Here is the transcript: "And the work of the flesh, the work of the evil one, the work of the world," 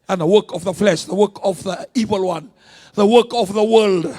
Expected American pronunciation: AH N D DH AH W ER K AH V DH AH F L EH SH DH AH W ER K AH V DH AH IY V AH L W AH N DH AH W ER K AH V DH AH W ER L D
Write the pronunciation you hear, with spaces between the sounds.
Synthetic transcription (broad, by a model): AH N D DH AH W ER K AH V DH AH F L EH SH DH AH W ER K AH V DH AH IY V AH L W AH N DH AH W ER K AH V DH AH W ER L D